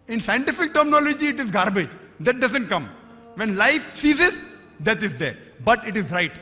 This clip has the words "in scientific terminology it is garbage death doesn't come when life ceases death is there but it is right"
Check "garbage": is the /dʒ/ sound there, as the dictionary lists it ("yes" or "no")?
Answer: yes